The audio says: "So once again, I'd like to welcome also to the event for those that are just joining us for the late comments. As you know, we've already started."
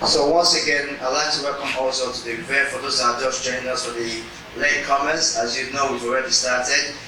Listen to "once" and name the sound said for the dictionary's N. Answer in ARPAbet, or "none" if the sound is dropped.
N